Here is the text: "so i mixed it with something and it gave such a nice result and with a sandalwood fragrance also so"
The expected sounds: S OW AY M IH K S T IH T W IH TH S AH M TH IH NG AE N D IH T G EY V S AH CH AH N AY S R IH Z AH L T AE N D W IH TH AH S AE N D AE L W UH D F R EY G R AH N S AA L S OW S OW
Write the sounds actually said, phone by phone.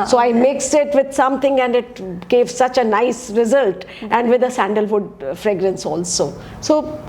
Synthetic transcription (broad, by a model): S OW AY M IH K S IH T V IH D S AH M T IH NG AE N D IH T G EY V S AH CH AH N AY S R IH Z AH L T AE N D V IH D AH S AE N D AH L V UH D F R EY G R AH N S AA L S OW S OW